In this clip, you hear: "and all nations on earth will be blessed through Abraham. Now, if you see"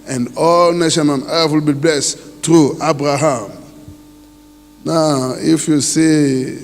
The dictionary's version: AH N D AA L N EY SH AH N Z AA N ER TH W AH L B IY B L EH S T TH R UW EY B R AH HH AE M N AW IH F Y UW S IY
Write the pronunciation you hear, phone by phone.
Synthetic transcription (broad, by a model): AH N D AA L N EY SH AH N AA N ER F W AH L B IY B L EH S T R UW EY B R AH HH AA M N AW IH F Y UW S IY